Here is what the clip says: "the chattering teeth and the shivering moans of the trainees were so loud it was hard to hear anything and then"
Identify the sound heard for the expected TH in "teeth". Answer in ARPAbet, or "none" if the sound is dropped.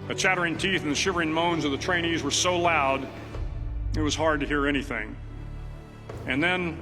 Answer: TH